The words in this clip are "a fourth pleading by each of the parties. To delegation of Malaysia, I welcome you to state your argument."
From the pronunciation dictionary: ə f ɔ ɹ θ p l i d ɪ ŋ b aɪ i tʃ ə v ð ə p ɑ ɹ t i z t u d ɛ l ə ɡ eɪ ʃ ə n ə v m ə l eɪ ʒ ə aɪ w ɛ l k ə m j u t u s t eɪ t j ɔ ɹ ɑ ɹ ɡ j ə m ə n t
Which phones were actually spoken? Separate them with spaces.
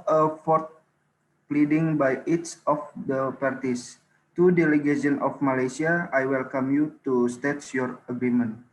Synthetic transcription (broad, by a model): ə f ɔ ɹ t p l i d ɪ ŋ b aɪ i s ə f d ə p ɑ ɹ t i s t u d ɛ l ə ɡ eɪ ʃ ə n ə f m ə l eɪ s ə aɪ w ɛ l k ə m j u t u s t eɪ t j ɔ ɹ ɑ ɡ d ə m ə n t